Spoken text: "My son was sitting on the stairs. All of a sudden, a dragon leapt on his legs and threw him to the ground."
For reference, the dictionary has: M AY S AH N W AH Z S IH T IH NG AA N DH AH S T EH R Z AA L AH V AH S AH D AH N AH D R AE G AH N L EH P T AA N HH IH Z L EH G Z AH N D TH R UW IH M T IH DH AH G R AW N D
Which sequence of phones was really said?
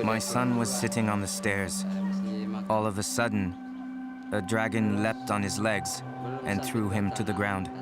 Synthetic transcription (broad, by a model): M AY S AH N W AH Z S IH T IH NG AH N DH AH S T EH R Z AA L AH V AH S AH D N AH D R AE G AH N L EH P T N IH Z L EH G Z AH N TH R UW IH M T IH DH AH G R AW N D